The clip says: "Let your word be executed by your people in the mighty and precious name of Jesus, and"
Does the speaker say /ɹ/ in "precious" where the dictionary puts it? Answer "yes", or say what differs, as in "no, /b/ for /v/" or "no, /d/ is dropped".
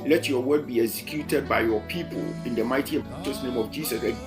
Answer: no, /ɹ/ is dropped